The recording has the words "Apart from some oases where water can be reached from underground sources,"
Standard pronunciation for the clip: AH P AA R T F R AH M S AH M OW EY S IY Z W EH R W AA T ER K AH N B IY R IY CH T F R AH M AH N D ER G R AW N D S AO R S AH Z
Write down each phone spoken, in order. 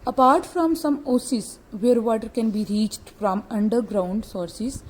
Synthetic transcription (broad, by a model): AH P AA R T F R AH M S AH M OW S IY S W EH R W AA T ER K AH N B IY R IY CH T F R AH M AH N D ER G R AW N D S AO R S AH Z